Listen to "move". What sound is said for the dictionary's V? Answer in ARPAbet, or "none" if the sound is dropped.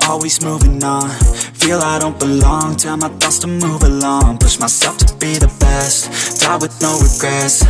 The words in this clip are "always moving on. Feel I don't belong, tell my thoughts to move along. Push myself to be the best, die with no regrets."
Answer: V